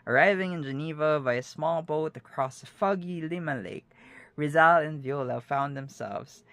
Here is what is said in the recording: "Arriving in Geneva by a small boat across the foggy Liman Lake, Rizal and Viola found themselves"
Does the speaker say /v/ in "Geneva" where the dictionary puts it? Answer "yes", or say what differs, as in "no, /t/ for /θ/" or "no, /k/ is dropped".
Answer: yes